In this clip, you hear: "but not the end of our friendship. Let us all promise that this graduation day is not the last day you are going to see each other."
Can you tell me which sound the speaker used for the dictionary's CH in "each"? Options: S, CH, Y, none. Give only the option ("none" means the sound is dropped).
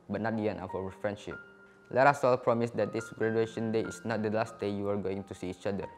CH